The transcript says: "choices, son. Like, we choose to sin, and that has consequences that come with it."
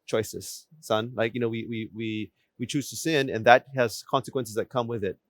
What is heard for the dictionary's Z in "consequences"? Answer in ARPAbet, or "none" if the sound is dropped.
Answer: Z